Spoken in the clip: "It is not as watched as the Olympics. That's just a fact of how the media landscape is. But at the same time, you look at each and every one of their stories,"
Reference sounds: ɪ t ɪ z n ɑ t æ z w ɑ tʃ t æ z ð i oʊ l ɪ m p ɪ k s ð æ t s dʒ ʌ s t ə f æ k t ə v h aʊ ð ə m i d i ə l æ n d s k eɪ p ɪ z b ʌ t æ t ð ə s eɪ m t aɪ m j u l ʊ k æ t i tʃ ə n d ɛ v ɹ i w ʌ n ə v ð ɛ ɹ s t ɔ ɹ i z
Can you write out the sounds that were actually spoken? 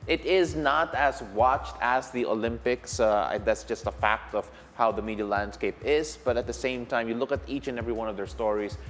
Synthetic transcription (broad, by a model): ɪ t ɪ z n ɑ t æ z w ɑ tʃ t æ z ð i oʊ l ɪ m p ɪ k s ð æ t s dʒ ʌ s t ə f æ k t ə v h aʊ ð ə m i d i ə l æ n d s k eɪ p ɪ z b ʌ t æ t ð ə s eɪ m t aɪ m j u l ʊ k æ t i tʃ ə n ɛ v ɹ i w ʌ n ə v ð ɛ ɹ s t ɔ ɹ i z